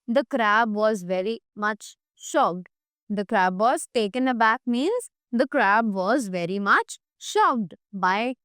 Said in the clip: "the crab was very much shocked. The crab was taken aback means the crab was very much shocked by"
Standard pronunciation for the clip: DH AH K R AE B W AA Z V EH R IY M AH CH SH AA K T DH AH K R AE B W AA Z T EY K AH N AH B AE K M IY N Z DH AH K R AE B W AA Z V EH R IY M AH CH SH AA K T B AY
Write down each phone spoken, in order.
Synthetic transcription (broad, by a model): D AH K R AE B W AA Z V EH R IY M AH CH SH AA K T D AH K R AE B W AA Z T EY K AH N AH B AE K M IY N Z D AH K R AE B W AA Z V EH R IY M AH CH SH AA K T B AY